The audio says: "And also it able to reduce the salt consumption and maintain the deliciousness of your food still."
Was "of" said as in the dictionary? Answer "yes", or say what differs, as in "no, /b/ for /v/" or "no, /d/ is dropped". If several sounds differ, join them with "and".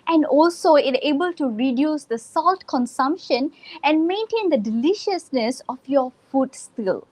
no, /f/ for /v/